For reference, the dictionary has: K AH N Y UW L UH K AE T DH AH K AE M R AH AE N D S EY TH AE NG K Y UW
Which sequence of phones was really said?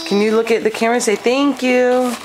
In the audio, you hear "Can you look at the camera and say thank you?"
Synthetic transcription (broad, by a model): K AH N Y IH L UH K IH T DH AH K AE R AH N S EY TH AE NG K Y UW